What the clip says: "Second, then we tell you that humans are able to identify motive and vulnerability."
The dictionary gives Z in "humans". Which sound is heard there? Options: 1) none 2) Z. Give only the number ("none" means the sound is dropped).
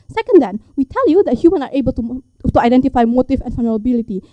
1